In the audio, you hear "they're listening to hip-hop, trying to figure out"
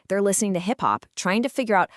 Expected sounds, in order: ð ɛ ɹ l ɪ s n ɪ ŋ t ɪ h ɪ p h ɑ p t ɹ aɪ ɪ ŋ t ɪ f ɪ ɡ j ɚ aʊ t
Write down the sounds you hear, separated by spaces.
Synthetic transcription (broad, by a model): ð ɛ ɹ l ɪ s n ɪ ŋ t ɪ h ɪ p h ɑ p t ɹ aɪ ɪ ŋ t ɪ f ɪ ɡ j ɚ aʊ t